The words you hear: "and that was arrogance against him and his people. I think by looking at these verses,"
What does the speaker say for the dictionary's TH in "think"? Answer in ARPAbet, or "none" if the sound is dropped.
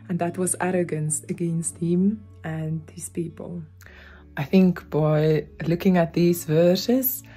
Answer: TH